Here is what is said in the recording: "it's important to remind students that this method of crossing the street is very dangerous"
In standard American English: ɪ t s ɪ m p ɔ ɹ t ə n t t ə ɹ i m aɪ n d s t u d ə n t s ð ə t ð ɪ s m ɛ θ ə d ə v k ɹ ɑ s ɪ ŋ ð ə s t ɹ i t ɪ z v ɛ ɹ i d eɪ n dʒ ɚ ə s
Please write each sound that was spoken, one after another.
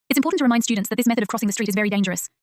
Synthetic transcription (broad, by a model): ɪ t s ɪ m p ɔ t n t t ə ɹ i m aɪ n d s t u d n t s ð ə t ð ɪ s m ɛ θ ə d ə v k ɹ ɑ s ɪ ŋ ð ə s t ɹ i t ɪ z v ɛ ɹ i d eɪ n dʒ ɚ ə s